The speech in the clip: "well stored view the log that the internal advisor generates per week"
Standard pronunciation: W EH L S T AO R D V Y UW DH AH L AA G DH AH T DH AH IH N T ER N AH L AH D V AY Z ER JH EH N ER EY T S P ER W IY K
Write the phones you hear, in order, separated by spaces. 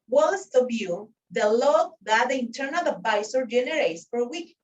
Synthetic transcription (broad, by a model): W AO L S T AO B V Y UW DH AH L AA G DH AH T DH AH IH N T ER N AH L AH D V AY S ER JH EH N ER EY T S F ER W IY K